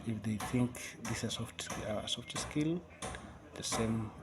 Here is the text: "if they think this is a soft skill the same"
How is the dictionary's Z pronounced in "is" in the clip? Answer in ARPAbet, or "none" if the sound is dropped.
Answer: S